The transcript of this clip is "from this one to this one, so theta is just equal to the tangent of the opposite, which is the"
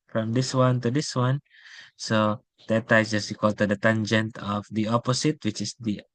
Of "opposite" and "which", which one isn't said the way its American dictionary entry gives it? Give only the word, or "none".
opposite